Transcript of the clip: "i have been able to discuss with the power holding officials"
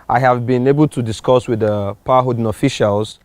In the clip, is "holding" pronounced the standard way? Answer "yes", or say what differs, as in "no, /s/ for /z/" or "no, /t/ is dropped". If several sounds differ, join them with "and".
no, /l/ is dropped